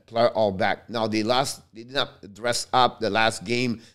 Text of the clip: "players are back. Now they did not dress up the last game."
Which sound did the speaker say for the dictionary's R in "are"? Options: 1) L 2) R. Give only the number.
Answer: 1